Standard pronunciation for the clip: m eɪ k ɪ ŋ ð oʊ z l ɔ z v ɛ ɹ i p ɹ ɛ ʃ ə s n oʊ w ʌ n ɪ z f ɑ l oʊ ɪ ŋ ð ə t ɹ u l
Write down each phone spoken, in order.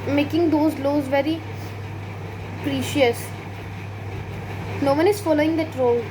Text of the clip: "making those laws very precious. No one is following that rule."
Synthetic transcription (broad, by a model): m eɪ k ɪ ŋ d oʊ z l ɔ z v ɛ ɹ i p ɹ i ʃ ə s n oʊ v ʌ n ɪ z f ɑ l oʊ ɪ ŋ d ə t ɹ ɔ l